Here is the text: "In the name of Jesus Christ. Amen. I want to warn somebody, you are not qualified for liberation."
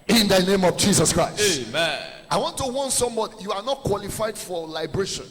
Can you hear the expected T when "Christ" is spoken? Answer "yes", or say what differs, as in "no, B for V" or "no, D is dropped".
no, T is dropped